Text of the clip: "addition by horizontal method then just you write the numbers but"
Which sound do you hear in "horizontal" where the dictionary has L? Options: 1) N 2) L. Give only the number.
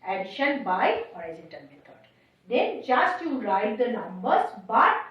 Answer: 1